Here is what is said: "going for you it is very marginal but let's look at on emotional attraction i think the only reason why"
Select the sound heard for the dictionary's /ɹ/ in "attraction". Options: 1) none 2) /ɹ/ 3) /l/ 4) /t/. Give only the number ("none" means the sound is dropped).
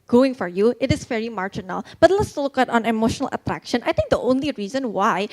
2